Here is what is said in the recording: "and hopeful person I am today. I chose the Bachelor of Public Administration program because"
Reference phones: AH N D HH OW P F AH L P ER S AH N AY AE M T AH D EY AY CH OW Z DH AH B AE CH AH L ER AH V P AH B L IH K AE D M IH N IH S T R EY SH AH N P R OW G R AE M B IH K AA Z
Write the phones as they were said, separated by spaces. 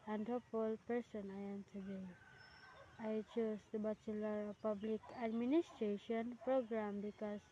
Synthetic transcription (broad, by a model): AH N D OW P AH L P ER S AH N AY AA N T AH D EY AY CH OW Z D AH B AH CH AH L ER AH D P AH B L IH K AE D M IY N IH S T R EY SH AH N P R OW G R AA M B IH K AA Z